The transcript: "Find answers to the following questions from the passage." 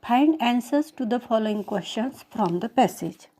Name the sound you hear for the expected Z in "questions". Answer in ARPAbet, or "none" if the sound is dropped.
S